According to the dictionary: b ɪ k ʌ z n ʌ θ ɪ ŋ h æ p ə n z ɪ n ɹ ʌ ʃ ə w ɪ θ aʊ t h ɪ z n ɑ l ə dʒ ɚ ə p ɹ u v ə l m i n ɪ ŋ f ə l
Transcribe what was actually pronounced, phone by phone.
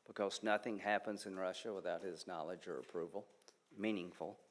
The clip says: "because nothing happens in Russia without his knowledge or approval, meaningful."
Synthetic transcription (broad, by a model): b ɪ k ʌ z n ʌ θ ɪ ŋ h æ p ə n z ɪ n ɹ ʌ ʃ ə w ɪ θ aʊ t h ɪ z n ɑ l ə dʒ ɚ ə p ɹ u v l m i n ɪ ŋ f l